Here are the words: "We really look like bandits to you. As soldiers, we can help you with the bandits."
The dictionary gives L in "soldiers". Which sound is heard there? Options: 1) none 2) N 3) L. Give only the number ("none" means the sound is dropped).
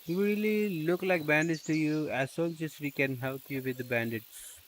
2